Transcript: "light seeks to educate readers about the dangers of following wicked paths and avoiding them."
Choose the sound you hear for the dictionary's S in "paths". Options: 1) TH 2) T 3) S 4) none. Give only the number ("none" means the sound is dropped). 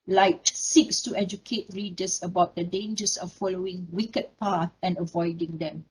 4